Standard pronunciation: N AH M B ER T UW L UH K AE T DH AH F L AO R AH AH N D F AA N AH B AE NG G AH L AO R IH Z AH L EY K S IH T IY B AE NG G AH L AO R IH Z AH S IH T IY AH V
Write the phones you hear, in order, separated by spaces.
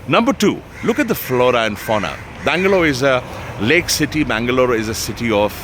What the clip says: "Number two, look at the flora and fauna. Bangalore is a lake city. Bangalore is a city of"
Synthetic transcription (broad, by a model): N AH M B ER T UW L UH K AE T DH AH F L AO R AH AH N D F AA N AH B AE NG G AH L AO IH Z AH L EY K S IH T IY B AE NG G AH L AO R IH Z AH S IH T IY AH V